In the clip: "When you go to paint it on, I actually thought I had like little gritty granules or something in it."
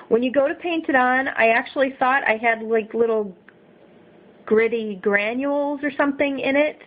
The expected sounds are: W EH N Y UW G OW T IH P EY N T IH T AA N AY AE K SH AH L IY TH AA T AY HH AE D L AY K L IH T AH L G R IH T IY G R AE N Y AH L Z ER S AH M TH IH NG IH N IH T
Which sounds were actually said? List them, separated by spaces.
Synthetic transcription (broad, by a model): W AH N Y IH G OW T IH P EY N T IH T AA N AY AE K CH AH L IY TH AA T AY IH D L AY K L IH T L G R IH T IY G R AE N Y AH L Z ER S AH M TH IH NG IH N IH T